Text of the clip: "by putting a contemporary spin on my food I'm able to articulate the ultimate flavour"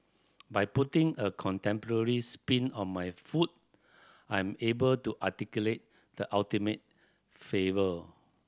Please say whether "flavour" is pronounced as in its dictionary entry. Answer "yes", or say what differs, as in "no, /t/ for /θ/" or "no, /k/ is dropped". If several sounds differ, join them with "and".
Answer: no, /l/ is dropped